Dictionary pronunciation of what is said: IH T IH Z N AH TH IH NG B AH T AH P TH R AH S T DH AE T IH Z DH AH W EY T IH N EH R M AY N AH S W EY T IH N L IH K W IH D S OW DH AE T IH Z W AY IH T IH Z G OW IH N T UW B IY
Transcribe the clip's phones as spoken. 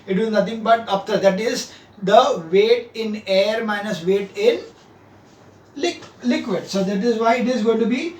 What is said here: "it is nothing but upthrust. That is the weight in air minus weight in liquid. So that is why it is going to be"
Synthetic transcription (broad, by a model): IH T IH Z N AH T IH NG B AH T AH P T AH T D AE T IH Z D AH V EY T IH N EH R M AY N AH S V EY T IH N L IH K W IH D S OW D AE T IH Z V AY IH T IH Z G OW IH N T UW B IY